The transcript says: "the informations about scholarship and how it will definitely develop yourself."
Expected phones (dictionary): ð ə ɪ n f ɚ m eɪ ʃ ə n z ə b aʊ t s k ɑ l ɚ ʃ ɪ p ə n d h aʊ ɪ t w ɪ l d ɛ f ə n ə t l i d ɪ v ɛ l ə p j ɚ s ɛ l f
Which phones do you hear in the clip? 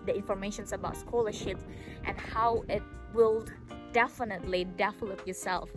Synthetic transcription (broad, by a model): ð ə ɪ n f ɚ m eɪ ʃ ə n s ə b aʊ t s k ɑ l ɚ ʃ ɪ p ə n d h aʊ ɪ t w ɪ l d ɛ f ə n ə t l i d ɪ f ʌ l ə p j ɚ s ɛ l f